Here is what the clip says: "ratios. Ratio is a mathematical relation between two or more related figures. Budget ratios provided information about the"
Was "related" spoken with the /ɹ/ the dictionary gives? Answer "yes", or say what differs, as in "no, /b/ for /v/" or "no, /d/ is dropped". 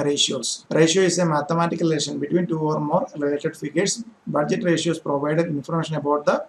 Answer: no, /l/ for /ɹ/